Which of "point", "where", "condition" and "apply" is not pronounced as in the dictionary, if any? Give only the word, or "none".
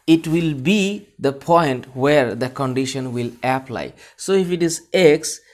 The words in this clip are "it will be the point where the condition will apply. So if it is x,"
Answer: none